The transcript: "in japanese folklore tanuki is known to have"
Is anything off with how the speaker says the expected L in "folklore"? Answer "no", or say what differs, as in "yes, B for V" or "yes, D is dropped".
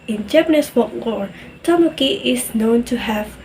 yes, W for L